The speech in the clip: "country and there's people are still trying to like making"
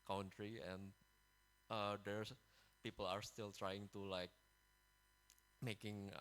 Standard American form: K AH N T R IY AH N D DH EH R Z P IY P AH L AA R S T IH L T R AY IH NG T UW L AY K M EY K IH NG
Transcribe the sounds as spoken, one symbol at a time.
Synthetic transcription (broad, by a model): K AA N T R IY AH N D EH R P IY P AH L AA R S T IH L T R AY IH NG T UW L AY K M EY K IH NG